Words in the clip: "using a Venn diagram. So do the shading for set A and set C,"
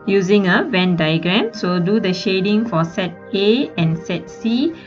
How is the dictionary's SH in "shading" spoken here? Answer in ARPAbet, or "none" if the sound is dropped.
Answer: SH